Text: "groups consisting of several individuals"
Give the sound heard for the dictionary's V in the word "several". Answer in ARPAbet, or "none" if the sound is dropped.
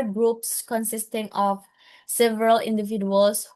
V